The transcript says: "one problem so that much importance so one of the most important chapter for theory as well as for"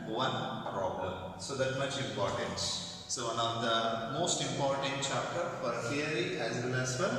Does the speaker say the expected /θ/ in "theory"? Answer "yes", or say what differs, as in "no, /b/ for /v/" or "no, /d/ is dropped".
no, /f/ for /θ/